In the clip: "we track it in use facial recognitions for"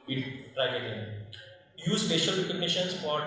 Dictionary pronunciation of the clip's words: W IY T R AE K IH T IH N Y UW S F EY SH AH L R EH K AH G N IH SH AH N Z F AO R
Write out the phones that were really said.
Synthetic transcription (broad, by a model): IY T R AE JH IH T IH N Y UW S P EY SH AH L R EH K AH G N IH SH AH N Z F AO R